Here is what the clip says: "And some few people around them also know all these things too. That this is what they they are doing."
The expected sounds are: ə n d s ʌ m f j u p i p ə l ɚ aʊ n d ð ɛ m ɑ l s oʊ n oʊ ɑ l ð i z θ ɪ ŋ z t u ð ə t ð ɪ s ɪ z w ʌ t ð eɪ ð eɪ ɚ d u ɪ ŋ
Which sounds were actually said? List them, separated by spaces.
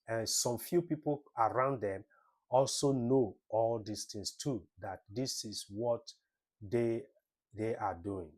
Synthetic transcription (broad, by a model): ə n s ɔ m f j u p i p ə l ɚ aʊ n d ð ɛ m ɑ l s oʊ n oʊ ɑ l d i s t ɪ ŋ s t u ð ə t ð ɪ s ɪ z w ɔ t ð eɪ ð eɪ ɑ d u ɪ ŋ